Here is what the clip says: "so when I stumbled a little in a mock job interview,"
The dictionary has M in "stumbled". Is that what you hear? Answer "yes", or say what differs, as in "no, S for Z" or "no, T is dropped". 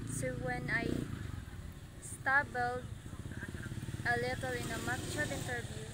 no, M is dropped